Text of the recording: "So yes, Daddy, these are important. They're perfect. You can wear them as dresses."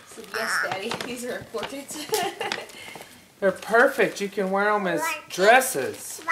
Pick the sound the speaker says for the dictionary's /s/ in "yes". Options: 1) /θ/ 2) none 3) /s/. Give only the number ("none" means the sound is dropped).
3